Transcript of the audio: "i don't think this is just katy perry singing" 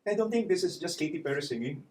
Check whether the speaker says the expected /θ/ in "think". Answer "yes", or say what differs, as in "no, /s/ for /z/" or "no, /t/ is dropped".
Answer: no, /t/ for /θ/